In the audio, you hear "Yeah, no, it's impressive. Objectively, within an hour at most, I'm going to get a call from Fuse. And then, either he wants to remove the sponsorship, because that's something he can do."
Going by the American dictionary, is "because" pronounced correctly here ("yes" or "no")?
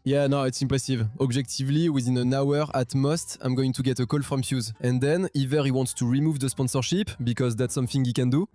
yes